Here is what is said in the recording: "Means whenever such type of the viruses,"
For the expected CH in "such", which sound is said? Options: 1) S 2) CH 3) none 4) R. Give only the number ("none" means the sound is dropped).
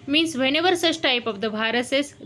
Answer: 1